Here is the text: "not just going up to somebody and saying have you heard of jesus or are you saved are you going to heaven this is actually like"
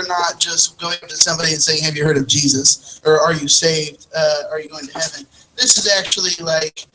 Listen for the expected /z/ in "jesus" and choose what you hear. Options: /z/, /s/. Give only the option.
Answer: /z/